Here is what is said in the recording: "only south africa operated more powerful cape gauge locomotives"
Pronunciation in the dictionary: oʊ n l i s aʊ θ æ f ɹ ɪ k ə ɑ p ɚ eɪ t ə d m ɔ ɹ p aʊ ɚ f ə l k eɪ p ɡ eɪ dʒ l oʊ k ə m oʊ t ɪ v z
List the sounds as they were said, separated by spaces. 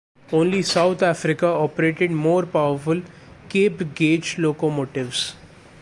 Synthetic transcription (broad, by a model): oʊ n l i s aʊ t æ f ɹ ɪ k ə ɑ p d eɪ t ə d m ɔ ɹ p aʊ ɚ f ə l k eɪ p ɡ eɪ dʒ l oʊ k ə m oʊ t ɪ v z